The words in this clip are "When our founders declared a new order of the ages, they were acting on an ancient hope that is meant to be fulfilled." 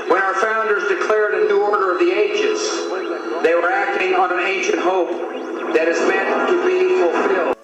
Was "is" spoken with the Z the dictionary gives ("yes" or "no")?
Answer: yes